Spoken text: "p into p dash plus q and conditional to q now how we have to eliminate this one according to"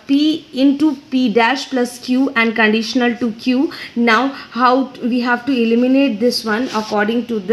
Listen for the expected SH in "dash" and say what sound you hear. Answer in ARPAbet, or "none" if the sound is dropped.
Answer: SH